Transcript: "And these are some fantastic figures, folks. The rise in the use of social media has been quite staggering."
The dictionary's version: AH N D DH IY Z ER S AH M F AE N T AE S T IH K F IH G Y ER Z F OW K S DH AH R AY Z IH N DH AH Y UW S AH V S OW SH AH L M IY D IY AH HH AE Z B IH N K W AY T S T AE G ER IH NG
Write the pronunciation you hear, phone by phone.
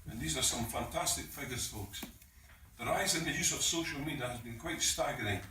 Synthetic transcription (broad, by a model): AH N DH IY Z ER S AH M F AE N T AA S T IH K F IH G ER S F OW K S DH AH R AY Z IH N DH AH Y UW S AH V S OW SH AH L M IY D IY AH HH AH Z B IH N K W AY T S T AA G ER IH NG